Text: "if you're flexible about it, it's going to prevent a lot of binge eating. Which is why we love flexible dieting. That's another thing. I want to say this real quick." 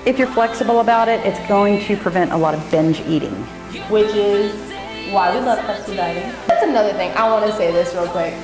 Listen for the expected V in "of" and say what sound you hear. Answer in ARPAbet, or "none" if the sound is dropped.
V